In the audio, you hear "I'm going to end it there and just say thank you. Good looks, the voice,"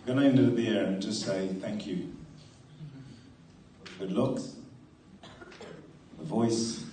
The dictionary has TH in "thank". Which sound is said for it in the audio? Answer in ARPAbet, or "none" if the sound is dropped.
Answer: TH